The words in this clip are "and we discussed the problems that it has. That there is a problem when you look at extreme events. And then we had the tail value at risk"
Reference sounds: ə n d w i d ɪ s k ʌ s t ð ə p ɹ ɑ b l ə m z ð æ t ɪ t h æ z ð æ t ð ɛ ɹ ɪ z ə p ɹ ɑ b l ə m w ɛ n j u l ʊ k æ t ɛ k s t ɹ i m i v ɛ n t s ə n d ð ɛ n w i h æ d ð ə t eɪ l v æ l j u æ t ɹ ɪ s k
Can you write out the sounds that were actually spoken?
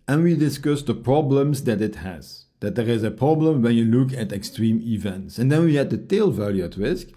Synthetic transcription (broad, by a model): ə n w i d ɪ s k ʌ s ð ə p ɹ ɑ b l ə m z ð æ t ɪ t h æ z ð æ t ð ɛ ɹ ɪ z ə p ɹ ɑ b l ə m w ɛ n j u l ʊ k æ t ɛ k s t ɹ i m i v ɛ n t s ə n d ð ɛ n w i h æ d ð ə t eɪ l v æ l j u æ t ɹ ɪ s k